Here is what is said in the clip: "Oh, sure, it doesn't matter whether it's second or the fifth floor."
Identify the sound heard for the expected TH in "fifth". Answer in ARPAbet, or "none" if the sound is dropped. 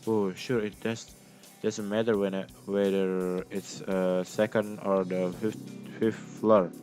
F